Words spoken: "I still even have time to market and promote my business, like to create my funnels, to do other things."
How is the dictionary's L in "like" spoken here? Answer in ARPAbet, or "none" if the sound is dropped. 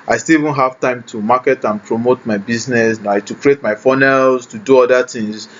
N